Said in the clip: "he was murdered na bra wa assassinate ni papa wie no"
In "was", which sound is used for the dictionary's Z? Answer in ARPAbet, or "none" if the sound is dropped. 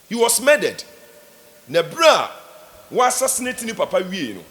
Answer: S